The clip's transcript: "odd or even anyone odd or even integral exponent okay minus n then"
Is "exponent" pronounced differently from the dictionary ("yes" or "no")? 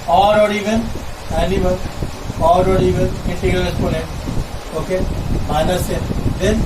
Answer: yes